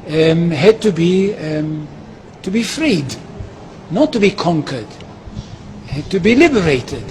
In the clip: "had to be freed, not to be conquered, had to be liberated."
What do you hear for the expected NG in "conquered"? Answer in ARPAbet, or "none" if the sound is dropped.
NG